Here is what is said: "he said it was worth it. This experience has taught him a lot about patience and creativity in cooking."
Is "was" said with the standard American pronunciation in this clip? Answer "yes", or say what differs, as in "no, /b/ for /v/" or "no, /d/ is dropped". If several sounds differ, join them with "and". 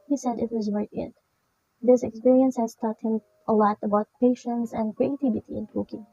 yes